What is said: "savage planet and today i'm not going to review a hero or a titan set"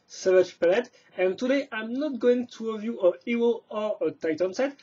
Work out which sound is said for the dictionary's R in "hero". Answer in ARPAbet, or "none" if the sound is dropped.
W